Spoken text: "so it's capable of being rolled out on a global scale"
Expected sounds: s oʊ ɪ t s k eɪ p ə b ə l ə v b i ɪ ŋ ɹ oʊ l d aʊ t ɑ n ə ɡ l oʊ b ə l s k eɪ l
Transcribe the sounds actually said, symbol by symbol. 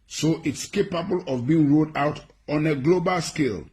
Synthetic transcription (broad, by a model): s oʊ ɪ t s k eɪ p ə b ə l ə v b i ɪ ŋ ɹ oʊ d aʊ t ɑ n ə ɡ l oʊ b ə l s k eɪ l